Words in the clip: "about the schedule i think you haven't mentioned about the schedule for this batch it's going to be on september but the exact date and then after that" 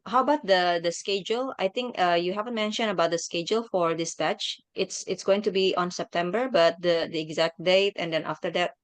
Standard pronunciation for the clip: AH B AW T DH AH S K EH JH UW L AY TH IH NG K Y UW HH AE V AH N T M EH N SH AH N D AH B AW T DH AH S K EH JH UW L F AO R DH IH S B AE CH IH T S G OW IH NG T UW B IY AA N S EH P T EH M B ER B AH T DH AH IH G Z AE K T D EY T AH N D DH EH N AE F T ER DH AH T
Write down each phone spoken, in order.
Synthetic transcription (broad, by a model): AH B AW T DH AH S K EH JH UW L AY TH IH NG K Y UW HH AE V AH N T M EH N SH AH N AH B AW T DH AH S K EH JH UW L F AO R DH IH S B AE CH IH T S G OW IH NG T UW B IY AA N S EH P T EH M B ER B AH T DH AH IH G Z AE K T D EY T AH N D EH N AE F T ER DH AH T